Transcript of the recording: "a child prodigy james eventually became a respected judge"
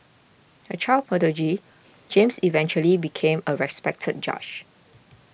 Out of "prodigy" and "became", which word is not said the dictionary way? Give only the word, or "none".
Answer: prodigy